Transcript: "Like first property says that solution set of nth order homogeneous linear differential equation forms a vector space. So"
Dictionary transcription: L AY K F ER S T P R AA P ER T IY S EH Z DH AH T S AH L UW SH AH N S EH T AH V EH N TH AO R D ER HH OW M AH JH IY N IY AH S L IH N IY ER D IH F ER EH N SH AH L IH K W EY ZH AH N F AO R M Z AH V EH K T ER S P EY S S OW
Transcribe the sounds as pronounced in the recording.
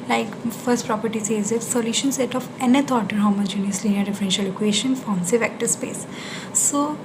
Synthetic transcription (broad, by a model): L AY K F ER S T P R AA P ER T IY S EH Z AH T S AH L UW SH AH N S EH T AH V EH N T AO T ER HH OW M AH JH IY N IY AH S L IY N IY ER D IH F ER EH N SH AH L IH K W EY SH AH N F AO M S AH V EH K T ER S P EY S S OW